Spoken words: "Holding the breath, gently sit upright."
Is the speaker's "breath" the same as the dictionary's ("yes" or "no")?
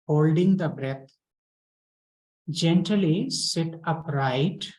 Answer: no